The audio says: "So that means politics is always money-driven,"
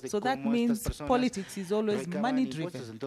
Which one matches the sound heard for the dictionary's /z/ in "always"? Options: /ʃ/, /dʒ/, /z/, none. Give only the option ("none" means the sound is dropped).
/z/